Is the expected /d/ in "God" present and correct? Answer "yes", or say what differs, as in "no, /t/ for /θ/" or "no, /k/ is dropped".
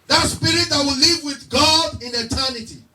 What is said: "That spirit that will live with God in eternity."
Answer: yes